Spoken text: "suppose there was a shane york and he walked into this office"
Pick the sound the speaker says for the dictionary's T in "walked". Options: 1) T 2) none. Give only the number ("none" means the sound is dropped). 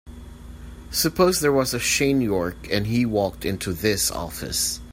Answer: 1